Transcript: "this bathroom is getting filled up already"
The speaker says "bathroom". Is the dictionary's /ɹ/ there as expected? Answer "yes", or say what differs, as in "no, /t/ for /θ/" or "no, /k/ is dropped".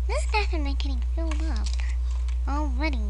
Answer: no, /ɹ/ is dropped